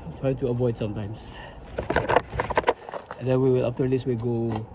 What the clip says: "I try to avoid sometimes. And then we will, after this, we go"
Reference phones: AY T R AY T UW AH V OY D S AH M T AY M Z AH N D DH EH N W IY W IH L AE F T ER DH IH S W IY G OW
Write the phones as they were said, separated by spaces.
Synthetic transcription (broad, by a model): T R AY T UW AH V OY D S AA M T AY M S AH N D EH N W IY W IH L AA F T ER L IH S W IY G OW